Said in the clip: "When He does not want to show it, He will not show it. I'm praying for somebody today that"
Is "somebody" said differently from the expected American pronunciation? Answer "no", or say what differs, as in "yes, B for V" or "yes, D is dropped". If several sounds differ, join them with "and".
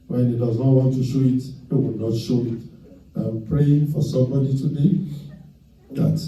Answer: no